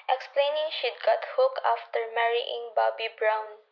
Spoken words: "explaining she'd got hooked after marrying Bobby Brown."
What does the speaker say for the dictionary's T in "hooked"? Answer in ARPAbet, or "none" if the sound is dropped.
none